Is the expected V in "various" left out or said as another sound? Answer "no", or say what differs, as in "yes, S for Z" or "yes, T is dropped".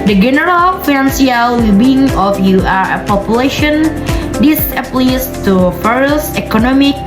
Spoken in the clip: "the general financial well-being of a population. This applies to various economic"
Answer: yes, F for V